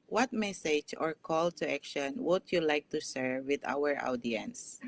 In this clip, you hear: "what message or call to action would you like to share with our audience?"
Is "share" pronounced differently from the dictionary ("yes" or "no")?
yes